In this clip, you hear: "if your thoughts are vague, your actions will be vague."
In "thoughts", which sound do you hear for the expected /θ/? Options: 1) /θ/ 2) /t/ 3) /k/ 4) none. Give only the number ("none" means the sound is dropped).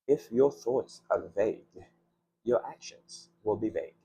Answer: 1